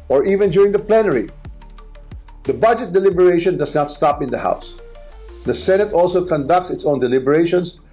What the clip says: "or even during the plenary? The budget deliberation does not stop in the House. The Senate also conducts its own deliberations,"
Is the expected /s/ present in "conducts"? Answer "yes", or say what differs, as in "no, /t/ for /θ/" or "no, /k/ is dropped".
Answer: yes